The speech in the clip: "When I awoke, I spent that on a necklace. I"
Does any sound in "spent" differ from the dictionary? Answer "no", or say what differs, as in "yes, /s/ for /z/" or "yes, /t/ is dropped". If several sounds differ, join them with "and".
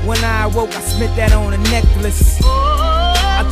yes, /n/ is dropped